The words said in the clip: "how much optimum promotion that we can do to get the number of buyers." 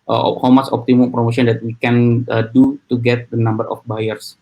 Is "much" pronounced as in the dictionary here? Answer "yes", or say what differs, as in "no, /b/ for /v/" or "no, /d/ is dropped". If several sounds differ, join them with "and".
no, /s/ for /tʃ/